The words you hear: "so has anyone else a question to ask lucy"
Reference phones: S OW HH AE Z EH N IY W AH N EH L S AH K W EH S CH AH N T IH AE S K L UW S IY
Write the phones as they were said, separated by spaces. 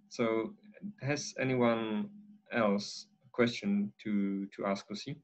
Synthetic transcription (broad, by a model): S OW HH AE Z EH N IY W AH N EH L S AH K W EH S CH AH N T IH AE S K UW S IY